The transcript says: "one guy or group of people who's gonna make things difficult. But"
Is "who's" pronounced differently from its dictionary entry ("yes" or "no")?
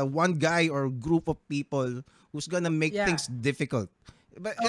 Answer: yes